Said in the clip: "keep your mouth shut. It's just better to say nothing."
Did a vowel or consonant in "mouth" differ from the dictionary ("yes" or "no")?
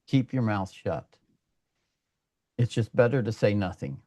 no